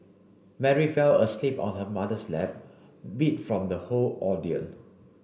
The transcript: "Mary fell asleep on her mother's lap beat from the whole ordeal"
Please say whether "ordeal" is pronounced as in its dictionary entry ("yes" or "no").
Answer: no